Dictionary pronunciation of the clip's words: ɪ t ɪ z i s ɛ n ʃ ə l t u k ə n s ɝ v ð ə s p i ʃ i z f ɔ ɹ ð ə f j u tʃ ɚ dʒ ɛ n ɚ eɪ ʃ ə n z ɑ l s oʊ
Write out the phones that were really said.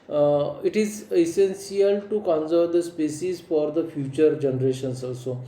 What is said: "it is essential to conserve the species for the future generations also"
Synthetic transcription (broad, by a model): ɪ t ɪ z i s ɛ n s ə l t u k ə n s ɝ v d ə s p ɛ s i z f ɔ ɹ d ə f j u tʃ ɚ dʒ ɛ n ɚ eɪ ʃ ə n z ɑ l s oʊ